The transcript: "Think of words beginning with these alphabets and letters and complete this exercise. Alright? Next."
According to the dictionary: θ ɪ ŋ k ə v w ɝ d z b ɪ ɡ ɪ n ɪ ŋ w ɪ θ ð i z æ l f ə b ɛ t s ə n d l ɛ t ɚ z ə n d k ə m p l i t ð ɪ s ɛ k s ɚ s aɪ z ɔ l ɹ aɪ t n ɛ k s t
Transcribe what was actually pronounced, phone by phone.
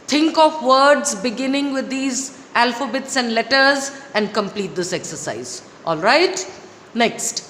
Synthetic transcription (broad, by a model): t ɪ ŋ k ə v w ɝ d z b ɪ ɡ ɪ n ɪ ŋ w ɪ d i z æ l f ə b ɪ t s ə n d l ɛ t ɚ z ə n d k ə m p l i t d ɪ s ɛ k s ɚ s aɪ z ɔ l ɹ aɪ t n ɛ k s t